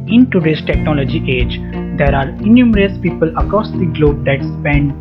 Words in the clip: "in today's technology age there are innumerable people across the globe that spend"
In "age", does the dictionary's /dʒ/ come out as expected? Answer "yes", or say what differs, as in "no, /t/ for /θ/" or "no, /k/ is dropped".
yes